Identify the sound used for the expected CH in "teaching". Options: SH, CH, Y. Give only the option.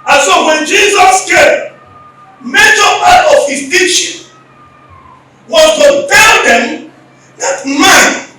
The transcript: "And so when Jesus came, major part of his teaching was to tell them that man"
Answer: SH